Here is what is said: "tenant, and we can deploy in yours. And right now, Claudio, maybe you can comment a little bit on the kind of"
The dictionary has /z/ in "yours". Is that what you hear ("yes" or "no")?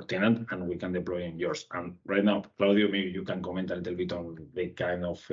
no